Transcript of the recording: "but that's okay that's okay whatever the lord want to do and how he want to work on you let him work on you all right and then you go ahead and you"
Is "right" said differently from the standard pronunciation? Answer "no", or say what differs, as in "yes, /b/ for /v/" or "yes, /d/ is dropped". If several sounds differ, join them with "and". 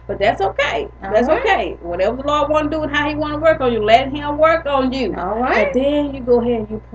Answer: yes, /t/ is dropped